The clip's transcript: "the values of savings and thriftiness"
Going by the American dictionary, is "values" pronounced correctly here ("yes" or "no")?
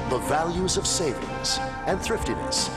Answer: yes